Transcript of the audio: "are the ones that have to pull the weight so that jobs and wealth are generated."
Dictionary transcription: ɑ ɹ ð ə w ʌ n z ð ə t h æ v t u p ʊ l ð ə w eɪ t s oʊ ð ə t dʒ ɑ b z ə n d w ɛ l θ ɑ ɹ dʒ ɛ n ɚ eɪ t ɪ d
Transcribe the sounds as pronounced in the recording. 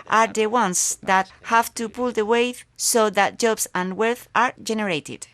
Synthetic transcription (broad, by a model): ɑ ɹ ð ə w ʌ n s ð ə t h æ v t u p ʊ l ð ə w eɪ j s oʊ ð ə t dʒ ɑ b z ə n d w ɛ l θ ɑ ɹ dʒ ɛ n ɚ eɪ t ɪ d